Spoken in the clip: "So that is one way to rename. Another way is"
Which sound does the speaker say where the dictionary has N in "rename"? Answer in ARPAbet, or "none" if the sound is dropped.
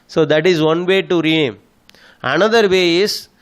none